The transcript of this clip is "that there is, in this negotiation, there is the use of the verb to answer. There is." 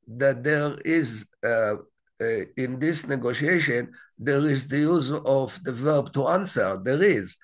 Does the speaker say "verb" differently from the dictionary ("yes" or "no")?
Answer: no